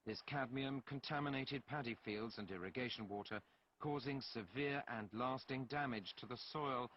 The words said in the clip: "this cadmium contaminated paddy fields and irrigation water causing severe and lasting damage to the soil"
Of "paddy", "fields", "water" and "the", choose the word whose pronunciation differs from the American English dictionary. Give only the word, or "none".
none